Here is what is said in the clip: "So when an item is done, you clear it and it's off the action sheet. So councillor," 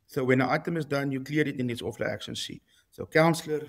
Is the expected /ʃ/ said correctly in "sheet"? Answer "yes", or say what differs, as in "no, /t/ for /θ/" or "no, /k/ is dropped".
no, /s/ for /ʃ/